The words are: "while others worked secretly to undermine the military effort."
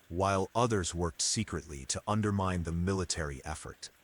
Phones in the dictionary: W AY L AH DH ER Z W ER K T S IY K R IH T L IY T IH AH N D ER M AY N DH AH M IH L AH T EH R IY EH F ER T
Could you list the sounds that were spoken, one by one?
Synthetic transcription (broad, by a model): W AY L AH DH ER Z W ER K T S IY K R IH T L IY T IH AH N D ER M AY N DH AH M IH L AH T EH R IY EH F ER T